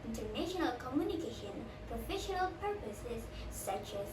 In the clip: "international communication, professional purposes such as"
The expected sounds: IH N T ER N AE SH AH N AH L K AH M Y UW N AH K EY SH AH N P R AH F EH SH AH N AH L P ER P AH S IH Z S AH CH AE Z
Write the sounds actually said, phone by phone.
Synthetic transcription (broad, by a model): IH N T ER N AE SH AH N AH L K AH M Y UW N AH K EY SH AH N P R AH F EH SH AH N AH L P ER P AH S IH Z S AH CH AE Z